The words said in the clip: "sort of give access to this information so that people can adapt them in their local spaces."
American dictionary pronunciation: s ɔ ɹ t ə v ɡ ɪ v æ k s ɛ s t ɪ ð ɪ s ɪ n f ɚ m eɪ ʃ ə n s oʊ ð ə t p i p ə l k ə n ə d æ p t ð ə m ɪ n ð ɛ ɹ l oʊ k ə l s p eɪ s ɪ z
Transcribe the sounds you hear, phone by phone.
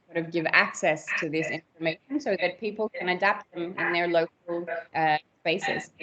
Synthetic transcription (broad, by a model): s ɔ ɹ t ə v ɡ ɪ v æ k s ɛ s t ɪ ð ɪ s ɪ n f ɚ m eɪ ʃ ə n s oʊ ð ə t p i p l k ə n ə d æ p t ð ə m ɪ n ð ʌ ɹ l oʊ k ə l s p eɪ s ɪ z